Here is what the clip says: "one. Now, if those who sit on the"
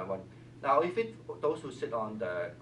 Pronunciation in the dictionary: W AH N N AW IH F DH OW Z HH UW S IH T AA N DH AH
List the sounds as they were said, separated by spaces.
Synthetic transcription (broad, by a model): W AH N N AW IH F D OW S HH UW S IH T AA N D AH